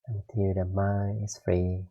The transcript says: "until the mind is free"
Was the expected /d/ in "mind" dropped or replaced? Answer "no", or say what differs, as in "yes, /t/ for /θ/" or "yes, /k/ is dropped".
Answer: yes, /d/ is dropped